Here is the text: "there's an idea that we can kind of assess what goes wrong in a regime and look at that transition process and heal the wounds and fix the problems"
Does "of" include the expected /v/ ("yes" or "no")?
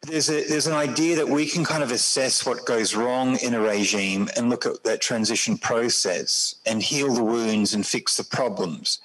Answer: yes